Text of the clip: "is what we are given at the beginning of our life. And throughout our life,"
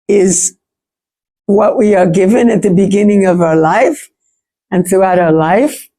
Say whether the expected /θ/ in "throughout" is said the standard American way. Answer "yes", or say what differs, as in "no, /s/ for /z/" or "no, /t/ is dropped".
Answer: yes